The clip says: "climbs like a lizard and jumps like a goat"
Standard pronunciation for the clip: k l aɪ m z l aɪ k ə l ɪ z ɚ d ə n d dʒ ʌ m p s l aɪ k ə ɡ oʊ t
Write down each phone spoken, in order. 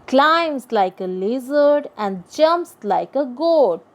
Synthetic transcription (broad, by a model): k l aɪ m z l aɪ k ə l ɪ z ɚ d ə n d dʒ ʌ m p s l aɪ k ə ɡ oʊ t